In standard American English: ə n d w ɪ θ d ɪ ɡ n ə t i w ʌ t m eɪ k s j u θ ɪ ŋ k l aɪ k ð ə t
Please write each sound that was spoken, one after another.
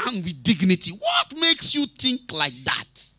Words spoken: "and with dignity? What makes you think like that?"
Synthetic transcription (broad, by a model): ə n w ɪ d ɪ ɡ n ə t i w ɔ t m eɪ k s j u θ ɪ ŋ k l aɪ k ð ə t